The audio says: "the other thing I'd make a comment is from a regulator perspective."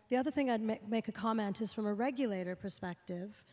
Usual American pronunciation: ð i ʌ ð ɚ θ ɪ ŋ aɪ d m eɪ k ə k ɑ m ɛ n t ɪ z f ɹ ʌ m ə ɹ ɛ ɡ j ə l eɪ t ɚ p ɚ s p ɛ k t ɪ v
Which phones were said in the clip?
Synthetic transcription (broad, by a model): ð i ʌ ð ɚ θ ɪ ŋ aɪ d m eɪ k ə k ɑ m ɛ n t ɪ z f ɹ ʌ m ə ɹ ɛ ɡ j ə l eɪ t ɚ p ɚ s p ɛ k t ɪ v